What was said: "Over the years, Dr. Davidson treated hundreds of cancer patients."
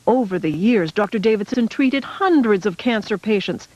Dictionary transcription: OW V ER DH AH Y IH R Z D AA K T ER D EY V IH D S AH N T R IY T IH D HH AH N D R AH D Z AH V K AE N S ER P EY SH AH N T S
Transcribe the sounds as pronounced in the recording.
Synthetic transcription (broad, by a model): OW V ER DH AH Y IH R Z D AA K T ER D EY V IH D S AH N T R IY T IH D HH AH N D R AH D Z AH V K AE N S ER P EY SH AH N T S